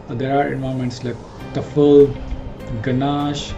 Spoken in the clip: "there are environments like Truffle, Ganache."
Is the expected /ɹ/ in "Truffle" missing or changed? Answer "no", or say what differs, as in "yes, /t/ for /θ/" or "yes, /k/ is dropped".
yes, /ɹ/ is dropped